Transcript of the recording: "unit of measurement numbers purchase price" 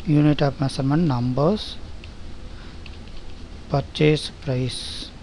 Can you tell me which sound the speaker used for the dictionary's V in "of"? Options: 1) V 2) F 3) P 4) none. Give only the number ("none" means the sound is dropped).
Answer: 3